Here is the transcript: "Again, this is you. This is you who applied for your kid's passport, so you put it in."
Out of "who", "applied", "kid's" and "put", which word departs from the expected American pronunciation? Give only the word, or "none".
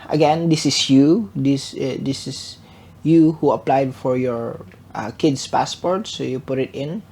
kid's